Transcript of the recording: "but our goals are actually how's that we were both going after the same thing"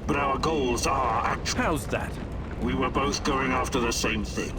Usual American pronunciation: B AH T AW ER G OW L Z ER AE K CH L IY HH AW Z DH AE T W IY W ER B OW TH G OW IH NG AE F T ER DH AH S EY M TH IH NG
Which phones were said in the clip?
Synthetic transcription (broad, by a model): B AH T AW ER G OW L Z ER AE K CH HH AW Z DH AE T W IY W ER B OW TH G OW IH NG AE F T ER DH AH S EY M TH IH NG